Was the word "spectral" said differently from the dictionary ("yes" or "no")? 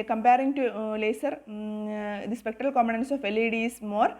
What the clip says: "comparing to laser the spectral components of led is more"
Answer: no